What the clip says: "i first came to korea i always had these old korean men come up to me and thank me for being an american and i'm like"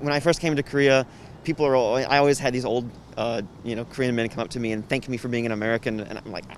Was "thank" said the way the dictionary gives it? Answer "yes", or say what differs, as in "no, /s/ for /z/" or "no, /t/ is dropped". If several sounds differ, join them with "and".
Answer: yes